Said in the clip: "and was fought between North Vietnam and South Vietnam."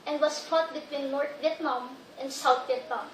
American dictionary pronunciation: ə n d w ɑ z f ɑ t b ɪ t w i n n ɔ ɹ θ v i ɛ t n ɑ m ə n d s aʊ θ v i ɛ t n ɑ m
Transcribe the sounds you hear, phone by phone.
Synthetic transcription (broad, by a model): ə n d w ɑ s f ɑ t b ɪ t w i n n ɔ ɹ t v i ɛ t n ɑ m ə n d s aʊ t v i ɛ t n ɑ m